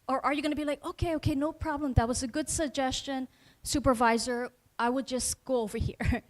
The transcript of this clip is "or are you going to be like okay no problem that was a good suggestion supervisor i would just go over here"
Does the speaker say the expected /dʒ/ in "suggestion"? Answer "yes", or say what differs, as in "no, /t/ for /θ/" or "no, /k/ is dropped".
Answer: yes